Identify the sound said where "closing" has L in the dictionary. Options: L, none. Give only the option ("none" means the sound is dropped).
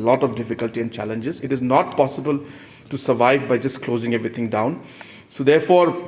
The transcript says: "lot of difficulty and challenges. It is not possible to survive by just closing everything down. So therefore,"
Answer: L